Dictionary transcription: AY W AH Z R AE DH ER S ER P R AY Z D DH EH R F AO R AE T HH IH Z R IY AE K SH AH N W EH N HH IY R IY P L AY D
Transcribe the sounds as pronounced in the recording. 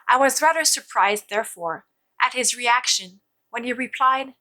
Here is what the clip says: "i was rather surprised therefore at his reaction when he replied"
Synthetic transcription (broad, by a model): AY W AH Z R AE DH ER S ER P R AY Z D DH EH R F AO R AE T HH IH Z R IY AE K SH AH N W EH N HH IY R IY P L AY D